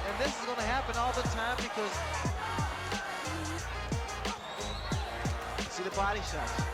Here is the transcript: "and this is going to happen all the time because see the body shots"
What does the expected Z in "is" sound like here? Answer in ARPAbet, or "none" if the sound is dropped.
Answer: Z